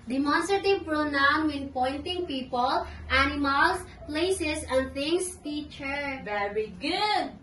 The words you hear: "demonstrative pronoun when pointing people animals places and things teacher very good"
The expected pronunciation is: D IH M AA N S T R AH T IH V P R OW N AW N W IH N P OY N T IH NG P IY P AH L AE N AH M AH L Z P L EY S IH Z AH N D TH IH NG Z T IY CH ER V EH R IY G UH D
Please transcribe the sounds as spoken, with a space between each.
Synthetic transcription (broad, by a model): D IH M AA N S T R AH T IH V P R OW N AW N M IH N P OY N T IH NG P IY P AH L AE N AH M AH L S P L EY S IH S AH N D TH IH NG S T IY CH ER V EH R IY G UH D